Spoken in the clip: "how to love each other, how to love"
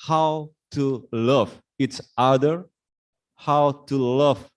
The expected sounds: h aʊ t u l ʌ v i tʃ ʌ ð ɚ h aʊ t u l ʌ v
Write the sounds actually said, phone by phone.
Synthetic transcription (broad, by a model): h aʊ t u l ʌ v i s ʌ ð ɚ h aʊ t u l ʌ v